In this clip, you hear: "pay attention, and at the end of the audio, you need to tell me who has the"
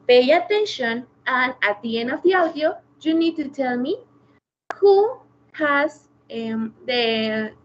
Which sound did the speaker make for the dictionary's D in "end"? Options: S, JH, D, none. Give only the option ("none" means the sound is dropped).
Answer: none